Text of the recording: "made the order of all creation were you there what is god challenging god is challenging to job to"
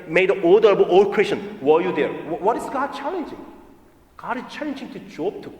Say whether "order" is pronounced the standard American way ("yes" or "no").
no